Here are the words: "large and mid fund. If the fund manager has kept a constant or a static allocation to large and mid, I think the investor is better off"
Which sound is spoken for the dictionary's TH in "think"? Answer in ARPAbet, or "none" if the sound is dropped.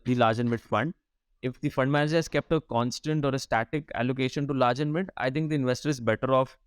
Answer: T